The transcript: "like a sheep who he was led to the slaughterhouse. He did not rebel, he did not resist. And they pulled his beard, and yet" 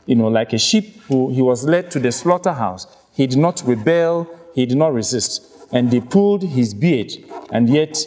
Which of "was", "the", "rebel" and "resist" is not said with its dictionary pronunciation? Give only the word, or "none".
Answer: none